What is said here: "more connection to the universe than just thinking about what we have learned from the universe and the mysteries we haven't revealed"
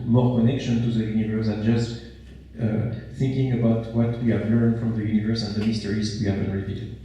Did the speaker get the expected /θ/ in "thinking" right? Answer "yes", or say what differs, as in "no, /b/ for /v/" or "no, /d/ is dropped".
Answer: yes